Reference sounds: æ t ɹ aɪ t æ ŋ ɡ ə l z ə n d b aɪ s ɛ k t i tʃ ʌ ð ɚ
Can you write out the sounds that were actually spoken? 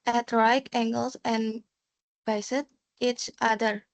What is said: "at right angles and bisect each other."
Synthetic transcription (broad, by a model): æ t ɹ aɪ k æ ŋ ɡ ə l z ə n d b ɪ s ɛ t i tʃ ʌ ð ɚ